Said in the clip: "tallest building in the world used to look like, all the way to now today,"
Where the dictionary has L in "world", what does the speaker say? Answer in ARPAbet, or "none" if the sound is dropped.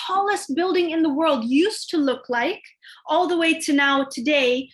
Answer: L